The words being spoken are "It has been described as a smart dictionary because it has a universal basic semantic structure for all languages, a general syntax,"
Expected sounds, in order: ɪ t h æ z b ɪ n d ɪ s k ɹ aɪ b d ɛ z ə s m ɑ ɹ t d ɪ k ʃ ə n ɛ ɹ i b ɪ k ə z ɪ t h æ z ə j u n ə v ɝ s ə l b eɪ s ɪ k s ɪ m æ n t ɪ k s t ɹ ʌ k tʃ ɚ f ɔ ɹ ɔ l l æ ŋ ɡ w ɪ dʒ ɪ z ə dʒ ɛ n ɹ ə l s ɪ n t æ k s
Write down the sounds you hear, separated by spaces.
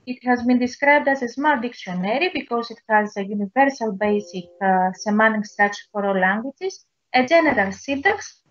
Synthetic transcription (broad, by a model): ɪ t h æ z b ɪ n d ɪ s k ɹ aɪ b d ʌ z ə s m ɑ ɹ t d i k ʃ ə n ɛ ɹ i b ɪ k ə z ɪ t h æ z ə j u n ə v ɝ s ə l b eɪ s ɪ k s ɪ m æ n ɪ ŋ s t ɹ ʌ tʃ f ɔ ɹ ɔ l l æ ŋ ɡ w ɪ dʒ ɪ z ə dʒ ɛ n ɹ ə l s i n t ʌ k s